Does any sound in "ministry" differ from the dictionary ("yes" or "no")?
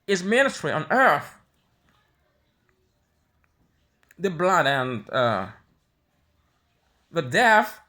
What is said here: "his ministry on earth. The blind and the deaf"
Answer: yes